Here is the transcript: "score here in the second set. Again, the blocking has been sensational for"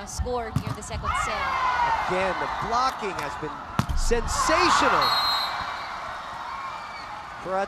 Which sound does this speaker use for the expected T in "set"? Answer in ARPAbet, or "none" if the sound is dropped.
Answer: none